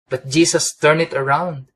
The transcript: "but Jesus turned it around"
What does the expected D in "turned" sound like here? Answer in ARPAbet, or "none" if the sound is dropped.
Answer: none